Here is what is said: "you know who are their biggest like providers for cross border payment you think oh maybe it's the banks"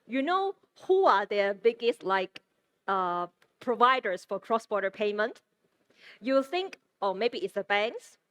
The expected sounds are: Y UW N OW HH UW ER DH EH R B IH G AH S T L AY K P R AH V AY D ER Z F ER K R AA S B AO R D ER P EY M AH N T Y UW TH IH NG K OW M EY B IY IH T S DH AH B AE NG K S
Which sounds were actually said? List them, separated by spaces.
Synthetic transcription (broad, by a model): Y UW N OW HH UW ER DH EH B IH G AH S T L AY K P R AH V AY D ER S F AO K R AA S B AO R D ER P EY M AH N T Y UW TH IH NG K OW M EY B IY IH T S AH B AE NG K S